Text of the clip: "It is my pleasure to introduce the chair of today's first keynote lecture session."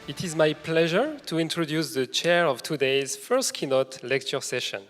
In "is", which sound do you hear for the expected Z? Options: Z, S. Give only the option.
Z